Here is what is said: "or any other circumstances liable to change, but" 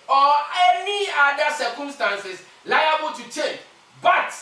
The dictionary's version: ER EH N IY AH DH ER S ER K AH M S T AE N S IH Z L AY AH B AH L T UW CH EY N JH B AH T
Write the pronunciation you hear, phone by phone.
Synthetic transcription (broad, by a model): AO EH N IY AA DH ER S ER K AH M S T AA N S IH S L AY AH B AH L T UW CH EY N B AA T